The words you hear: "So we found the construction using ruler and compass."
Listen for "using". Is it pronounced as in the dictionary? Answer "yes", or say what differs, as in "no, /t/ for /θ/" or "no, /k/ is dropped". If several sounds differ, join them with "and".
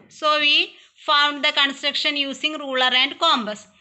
no, /s/ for /z/